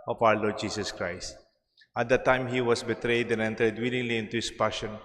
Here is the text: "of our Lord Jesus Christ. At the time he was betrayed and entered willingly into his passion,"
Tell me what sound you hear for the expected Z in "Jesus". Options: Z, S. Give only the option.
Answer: S